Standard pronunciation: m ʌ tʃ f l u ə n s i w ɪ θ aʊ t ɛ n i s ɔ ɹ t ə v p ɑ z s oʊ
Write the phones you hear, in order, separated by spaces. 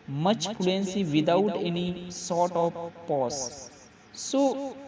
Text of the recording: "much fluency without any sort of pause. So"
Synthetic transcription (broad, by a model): m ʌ tʃ p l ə n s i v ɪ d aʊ t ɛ n i s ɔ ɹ t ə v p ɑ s s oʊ